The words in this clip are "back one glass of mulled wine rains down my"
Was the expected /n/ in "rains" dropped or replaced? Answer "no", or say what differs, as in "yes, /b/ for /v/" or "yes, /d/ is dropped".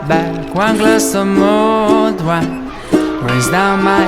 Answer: yes, /n/ is dropped